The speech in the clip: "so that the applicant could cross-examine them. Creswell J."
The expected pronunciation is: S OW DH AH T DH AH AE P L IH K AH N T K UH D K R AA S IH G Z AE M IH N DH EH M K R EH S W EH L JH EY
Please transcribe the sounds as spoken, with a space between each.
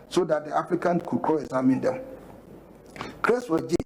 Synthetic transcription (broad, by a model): S OW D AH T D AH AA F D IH K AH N K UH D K AA IH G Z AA M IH N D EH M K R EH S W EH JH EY